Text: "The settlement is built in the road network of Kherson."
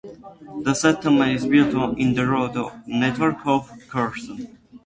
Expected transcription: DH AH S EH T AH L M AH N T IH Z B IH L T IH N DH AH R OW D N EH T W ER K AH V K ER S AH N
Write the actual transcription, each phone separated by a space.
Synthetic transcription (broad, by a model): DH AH S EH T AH M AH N IH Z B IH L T IH N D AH R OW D N EH T W ER K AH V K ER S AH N